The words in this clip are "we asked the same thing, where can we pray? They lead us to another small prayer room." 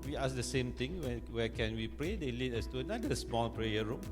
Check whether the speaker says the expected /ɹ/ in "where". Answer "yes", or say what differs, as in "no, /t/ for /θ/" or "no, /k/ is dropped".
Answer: no, /w/ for /ɹ/